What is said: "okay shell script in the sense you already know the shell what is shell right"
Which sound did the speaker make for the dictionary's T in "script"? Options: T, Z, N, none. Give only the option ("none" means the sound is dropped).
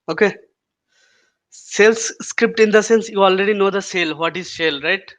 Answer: T